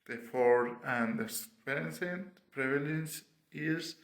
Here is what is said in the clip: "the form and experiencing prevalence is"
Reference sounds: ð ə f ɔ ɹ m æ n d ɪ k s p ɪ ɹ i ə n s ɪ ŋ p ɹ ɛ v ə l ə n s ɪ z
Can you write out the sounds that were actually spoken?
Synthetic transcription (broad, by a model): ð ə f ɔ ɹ æ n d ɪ s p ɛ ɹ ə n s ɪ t p ɹ ɛ v ə l ə n s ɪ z